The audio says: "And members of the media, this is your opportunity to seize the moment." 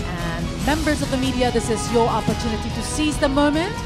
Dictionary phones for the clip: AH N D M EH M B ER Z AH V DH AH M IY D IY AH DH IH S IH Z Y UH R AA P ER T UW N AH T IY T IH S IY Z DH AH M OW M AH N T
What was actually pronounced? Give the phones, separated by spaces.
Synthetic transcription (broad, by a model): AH N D M EH M B ER Z AH V DH AH M IY D IY AH DH IH S IH Z Y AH R AA P ER T UW N AH T IY T IH S IY Z DH AH M OW M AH N T